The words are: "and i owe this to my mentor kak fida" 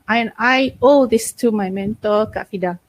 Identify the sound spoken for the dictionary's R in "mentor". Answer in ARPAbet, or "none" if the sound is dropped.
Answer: L